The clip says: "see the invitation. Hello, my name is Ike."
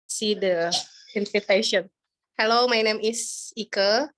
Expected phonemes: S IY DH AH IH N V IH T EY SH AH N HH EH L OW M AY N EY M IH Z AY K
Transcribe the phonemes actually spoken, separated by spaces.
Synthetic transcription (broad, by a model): S IY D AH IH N F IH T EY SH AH N HH EH L OW M AY N EY M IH S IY K